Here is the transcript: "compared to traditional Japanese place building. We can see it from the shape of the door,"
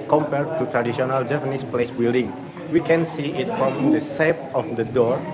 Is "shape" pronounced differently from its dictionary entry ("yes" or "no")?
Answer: yes